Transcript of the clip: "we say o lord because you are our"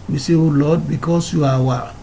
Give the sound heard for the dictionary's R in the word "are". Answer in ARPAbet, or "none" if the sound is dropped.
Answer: W